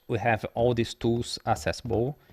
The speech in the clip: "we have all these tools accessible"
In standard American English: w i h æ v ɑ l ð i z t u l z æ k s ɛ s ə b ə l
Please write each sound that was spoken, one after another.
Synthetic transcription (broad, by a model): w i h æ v ɑ l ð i s t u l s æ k s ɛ s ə b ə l